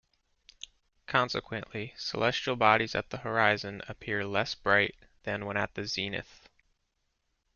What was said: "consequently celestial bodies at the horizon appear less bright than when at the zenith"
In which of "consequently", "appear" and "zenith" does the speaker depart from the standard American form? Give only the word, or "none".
none